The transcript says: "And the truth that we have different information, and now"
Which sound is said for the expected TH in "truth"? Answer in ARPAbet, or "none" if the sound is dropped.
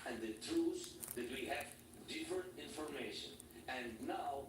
S